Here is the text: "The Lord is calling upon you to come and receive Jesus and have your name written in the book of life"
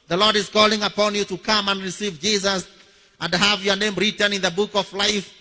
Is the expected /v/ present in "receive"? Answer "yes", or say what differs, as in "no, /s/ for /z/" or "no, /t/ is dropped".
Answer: yes